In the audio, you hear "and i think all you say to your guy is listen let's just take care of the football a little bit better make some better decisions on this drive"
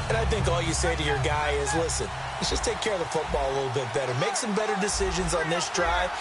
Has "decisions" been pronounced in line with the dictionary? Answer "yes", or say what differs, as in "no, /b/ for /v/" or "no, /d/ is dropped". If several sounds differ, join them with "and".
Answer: yes